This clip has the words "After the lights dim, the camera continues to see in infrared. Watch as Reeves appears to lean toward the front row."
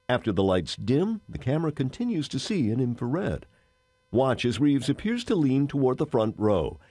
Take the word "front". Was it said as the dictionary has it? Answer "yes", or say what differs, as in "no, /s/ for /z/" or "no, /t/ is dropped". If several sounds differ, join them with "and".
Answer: yes